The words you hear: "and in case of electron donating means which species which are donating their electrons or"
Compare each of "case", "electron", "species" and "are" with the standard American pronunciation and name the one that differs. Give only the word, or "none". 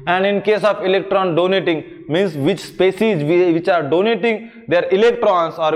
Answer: species